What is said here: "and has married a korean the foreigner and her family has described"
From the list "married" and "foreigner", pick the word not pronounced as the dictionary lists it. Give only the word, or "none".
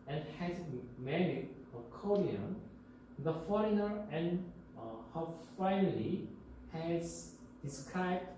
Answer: married